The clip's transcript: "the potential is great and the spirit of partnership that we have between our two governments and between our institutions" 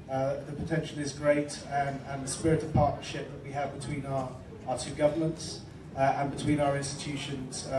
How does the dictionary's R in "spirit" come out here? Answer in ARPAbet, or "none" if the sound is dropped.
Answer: R